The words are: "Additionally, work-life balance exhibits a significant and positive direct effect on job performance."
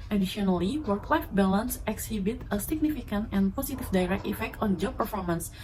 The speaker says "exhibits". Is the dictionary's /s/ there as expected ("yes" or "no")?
no